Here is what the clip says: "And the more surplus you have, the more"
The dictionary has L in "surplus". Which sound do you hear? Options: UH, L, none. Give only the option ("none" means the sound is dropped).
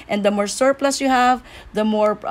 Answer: L